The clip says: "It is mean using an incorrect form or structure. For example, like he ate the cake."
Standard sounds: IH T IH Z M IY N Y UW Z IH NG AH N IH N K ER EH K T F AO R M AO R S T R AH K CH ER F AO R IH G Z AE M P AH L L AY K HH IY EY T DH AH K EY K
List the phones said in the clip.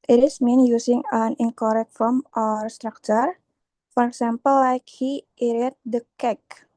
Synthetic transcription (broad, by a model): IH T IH S M IY N Y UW S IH NG AH N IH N K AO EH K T F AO M AO R S T R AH K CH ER F AO R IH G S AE M P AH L L AY K HH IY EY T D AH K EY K